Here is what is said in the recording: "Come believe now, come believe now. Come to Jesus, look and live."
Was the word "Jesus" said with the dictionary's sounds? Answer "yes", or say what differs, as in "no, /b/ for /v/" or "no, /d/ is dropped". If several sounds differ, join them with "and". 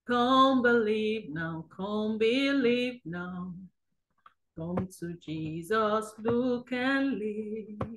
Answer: yes